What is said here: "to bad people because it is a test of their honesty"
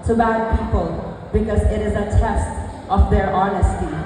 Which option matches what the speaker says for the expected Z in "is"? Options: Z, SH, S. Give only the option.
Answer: Z